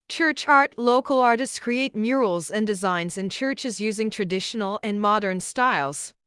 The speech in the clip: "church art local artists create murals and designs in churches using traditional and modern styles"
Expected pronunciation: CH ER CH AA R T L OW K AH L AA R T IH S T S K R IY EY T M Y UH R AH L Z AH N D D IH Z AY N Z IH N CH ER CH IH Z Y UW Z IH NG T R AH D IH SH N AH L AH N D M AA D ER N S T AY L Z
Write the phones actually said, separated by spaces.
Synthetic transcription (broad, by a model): CH ER CH AA R T L OW K AH L AA R T IH S T S K R IY EY T M Y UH R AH L Z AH N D D IH Z AY N Z IH N CH ER CH IH Z Y UW Z IH NG T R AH D IH SH N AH L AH N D M AA D ER N S T AY L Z